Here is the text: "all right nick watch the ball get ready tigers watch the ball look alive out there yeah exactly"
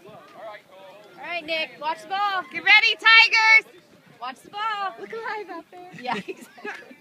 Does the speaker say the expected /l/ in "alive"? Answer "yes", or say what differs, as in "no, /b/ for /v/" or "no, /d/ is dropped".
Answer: no, /l/ is dropped